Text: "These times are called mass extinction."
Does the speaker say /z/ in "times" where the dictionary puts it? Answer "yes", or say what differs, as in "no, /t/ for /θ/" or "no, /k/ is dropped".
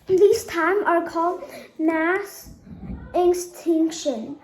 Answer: no, /z/ is dropped